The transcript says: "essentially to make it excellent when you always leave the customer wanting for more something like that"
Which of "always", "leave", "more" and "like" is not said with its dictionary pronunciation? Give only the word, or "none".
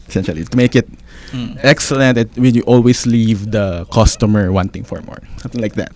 always